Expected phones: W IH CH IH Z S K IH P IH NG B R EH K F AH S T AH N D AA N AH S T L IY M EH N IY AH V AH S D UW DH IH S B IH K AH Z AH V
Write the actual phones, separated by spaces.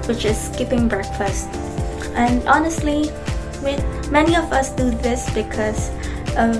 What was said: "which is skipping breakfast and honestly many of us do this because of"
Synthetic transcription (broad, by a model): W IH CH IH Z S K IH P IH NG B R EH K F AH S T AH N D AA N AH S T L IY M EH N IY AH V AH S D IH DH IH S B IH K AH Z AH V